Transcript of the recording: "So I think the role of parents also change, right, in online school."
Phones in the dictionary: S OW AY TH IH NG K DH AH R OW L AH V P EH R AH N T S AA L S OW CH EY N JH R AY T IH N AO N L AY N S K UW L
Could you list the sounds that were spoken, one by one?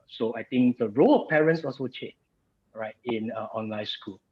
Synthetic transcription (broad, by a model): S OW AY T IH NG K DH AH R OW L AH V P EH R AH N T S AA L S OW CH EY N R AY T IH N AO N L AY N S K UW L